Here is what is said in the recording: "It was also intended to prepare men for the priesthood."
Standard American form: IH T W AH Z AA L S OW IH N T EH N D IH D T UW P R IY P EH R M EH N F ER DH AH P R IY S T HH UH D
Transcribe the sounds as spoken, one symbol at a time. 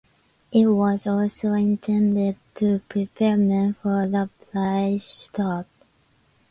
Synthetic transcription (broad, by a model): IH T W AH Z AA L S OW IH N T EH N D IH D T UW P R IY P EH R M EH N F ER DH AH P L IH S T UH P